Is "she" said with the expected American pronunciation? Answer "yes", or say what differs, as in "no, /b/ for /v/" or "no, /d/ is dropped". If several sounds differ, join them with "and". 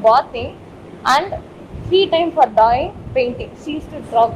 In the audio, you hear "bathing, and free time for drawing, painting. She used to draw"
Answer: no, /s/ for /ʃ/